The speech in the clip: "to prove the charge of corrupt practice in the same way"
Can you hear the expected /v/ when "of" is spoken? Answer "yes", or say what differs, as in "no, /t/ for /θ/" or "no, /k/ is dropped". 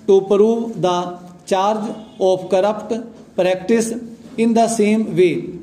no, /p/ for /v/